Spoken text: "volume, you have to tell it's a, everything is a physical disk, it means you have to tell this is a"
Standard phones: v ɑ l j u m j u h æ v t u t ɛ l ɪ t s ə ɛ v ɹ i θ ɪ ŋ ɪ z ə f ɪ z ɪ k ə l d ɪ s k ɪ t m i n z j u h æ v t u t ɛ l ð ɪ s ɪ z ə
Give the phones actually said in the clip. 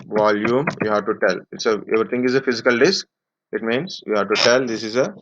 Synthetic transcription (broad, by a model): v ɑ l j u m j u h æ v t u t ɛ l ɪ t s ə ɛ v ɹ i t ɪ ŋ ɪ z ə f ɪ z ɪ k ə l d ɪ s k ɪ t m i n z j u h æ v t u t ɛ l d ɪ s ɪ z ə